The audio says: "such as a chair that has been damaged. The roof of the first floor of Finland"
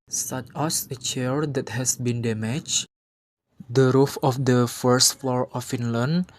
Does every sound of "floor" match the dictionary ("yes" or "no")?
yes